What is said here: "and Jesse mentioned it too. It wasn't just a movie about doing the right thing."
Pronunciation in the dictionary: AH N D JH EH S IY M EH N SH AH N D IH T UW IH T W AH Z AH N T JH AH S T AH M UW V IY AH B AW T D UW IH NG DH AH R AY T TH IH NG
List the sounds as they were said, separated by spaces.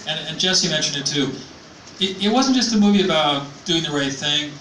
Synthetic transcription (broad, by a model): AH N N JH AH S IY M EH N SH AH N D IH T UW IH T W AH Z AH N JH AH S T AH M UW V IY AH B AW T D UW IH NG DH AH R AY T TH IH NG